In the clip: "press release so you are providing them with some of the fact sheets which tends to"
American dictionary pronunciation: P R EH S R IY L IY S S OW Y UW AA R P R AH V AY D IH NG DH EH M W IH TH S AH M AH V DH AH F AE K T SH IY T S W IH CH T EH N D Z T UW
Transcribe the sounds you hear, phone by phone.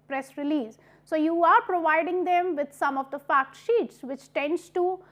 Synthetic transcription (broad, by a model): P R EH S R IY L IY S S OW Y UW AA R P R AH V AY D IH NG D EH M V IH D S AH M AH V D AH F AE K T SH IY T S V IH CH T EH N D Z T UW